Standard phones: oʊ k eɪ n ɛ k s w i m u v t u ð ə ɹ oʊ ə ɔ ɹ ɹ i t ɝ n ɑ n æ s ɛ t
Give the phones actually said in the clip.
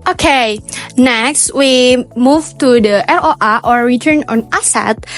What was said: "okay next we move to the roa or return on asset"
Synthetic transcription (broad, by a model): oʊ k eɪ n ɛ k s w i m u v t u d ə l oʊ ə ɔ ɹ ɹ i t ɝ n ɑ n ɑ s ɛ t